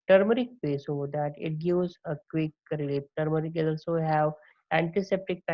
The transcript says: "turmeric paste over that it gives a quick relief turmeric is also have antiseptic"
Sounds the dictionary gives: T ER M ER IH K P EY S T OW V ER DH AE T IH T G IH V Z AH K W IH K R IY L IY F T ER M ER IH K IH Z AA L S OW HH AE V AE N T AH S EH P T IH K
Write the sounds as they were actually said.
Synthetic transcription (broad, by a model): T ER M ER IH K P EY S OW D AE T IH T G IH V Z AH K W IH K R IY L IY P T ER M ER IH K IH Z AA L S OW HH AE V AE N T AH S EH P T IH K